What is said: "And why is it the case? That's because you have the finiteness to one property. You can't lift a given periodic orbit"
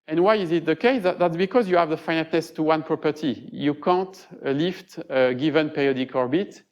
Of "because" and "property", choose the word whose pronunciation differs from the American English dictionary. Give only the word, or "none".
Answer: none